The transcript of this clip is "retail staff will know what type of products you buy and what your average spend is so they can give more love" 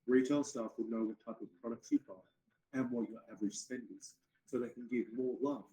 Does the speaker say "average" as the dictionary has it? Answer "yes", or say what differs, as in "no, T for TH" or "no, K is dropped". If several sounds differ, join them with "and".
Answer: yes